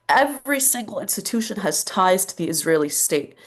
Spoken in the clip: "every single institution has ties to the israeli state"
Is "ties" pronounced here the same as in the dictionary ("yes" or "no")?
yes